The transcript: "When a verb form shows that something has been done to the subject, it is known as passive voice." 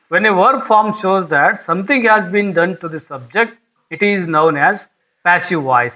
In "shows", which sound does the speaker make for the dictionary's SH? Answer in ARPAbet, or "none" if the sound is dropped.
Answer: SH